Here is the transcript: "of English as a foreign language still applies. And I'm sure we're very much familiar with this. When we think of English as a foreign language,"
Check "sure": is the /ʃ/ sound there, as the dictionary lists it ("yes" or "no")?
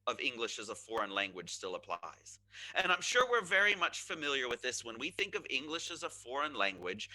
yes